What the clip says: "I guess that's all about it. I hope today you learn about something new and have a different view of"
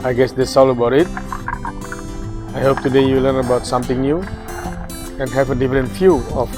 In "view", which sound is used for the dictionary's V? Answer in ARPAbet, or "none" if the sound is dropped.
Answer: F